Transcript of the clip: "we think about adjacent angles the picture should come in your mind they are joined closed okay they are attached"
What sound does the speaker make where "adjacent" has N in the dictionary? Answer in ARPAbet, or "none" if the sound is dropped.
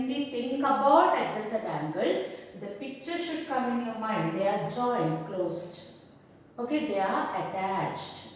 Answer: none